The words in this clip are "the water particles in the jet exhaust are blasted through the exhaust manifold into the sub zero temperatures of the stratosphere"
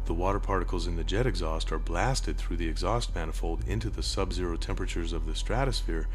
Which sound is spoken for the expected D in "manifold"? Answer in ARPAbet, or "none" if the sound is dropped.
D